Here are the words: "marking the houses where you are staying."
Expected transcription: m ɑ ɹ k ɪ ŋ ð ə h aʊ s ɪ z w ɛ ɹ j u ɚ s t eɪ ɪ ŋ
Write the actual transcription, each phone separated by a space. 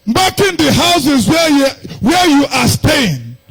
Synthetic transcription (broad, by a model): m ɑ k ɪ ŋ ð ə h aʊ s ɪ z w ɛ w j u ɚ s t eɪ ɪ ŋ